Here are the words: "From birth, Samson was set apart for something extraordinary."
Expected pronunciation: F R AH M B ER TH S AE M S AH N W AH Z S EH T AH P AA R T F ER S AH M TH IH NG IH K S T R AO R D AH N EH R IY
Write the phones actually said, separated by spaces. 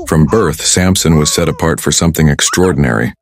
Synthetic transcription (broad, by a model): F R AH M B ER TH S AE M S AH N W AH Z S EH T AH P AA R T F ER S AH M TH IH NG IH K S T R AO R D N EH R IY